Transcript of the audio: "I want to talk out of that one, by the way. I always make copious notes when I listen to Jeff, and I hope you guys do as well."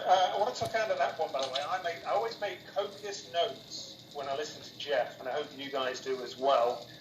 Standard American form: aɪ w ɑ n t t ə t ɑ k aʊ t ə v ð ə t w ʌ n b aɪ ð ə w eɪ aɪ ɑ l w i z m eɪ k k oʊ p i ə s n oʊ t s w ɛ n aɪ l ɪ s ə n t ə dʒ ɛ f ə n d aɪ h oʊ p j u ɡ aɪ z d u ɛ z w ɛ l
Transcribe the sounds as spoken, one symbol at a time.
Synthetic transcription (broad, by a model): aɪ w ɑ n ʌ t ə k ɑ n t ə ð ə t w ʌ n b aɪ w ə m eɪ aɪ ɑ l w i z m eɪ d k oʊ p i ə s n oʊ t s w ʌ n aɪ l ɪ s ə n t ə dʒ ɛ f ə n aɪ h oʊ p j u ɡ aɪ z d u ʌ z w ɛ l